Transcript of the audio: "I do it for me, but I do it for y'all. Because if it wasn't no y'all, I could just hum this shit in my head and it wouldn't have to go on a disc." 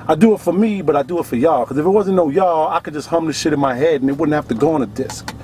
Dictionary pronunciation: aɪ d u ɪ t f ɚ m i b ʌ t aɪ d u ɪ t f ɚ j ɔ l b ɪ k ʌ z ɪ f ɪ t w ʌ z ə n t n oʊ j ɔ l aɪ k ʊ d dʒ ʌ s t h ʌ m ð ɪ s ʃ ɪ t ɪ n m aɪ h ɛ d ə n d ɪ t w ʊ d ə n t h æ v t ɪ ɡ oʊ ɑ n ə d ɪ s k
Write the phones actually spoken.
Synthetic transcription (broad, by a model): aɪ d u ɪ t f ɚ m i b ʌ t aɪ d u ɪ t f ɚ j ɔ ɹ k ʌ z ɪ f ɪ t w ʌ z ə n n oʊ j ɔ aɪ k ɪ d dʒ ʌ s t h ʌ m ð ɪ ʃ ɪ t ɪ n m aɪ h ɛ d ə n ɪ t w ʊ d n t h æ f t ɪ ɡ oʊ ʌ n ə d ɪ s k